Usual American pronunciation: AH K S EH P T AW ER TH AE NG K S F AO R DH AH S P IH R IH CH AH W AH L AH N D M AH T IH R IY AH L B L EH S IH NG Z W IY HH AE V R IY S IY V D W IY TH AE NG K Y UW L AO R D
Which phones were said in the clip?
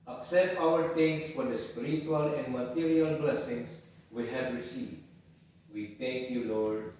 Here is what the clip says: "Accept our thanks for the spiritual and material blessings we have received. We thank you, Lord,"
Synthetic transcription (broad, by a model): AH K S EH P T AW ER T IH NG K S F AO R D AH S P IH R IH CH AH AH L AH N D M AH T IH R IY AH L B L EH S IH NG S W IY HH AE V R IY S IY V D W IY T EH NG K Y UW L AO R D